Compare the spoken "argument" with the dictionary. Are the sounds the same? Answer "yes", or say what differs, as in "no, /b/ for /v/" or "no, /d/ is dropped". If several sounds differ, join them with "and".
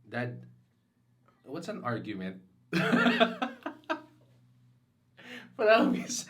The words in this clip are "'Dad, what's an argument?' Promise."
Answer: yes